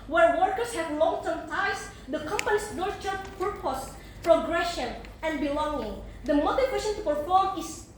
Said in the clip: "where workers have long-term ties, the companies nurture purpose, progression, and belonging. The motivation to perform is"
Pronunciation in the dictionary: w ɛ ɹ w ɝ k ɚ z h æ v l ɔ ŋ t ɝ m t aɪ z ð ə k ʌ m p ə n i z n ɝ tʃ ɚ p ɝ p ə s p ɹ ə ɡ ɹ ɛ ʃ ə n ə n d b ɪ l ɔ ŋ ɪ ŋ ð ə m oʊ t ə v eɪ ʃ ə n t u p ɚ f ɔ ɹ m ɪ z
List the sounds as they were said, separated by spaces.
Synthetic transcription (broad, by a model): w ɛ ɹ w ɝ k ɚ s h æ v l ɔ ŋ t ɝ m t aɪ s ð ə k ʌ m p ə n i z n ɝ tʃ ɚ p ɝ p ə s p ɹ ə ɡ ɹ ɛ ʃ ə n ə n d b ɪ l ɔ ŋ ɪ ŋ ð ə m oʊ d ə w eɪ s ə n t u p ɚ f ɔ ɹ m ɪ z